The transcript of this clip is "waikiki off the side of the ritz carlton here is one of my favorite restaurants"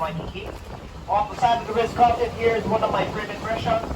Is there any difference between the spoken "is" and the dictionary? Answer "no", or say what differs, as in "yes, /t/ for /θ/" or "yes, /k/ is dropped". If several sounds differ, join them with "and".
no